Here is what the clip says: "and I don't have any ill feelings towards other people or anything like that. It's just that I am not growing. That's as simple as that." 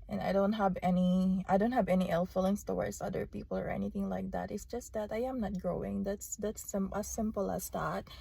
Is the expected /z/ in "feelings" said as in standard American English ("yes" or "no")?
no